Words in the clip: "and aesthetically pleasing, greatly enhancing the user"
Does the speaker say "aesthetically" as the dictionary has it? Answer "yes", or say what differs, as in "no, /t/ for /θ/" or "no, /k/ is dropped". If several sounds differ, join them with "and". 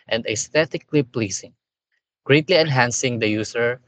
no, /t/ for /θ/